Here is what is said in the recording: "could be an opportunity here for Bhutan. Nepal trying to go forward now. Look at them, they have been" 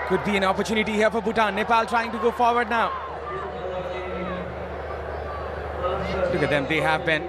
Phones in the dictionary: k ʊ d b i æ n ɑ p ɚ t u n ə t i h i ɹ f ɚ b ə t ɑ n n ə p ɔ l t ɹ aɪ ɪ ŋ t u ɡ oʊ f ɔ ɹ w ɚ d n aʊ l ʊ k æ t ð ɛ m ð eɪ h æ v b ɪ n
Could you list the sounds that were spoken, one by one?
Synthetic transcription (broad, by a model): k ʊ d b i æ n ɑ p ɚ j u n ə t i h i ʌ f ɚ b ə t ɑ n n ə p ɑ l t ɹ aɪ ɪ ŋ t u ɡ oʊ f ɔ ɹ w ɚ d n aʊ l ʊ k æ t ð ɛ m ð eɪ h æ v b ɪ n